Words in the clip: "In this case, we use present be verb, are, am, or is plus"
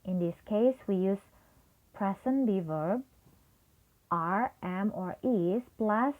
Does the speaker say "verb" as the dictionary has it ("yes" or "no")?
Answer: yes